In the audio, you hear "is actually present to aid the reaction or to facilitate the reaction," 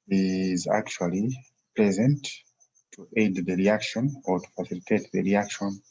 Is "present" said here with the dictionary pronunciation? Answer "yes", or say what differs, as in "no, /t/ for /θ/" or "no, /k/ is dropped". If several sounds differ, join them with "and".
no, /l/ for /ɹ/